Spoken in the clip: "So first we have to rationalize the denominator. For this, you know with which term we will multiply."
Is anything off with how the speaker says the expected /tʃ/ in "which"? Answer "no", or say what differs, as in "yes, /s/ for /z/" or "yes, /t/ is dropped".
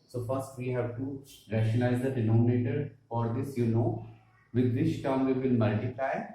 yes, /s/ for /tʃ/